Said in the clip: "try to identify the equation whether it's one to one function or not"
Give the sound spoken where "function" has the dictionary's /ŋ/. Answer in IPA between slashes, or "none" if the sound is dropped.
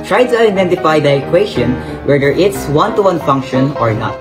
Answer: /ŋ/